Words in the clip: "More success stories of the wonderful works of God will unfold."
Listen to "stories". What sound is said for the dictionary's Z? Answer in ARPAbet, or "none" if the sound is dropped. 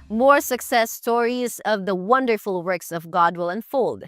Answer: Z